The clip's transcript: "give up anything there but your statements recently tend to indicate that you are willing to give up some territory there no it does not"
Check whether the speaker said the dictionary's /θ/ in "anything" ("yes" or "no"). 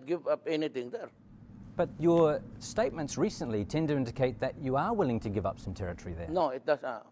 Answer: no